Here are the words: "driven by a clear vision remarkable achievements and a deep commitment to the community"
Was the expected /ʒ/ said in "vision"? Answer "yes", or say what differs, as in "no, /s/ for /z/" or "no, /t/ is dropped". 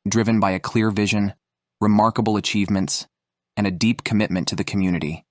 yes